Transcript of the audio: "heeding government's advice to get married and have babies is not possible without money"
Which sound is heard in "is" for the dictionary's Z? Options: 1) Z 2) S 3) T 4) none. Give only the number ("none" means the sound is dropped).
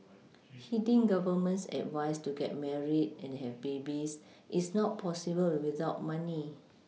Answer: 2